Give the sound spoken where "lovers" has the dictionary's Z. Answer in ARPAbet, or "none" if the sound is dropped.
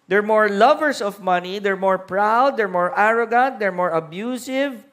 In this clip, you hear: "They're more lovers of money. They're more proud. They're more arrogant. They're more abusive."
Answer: S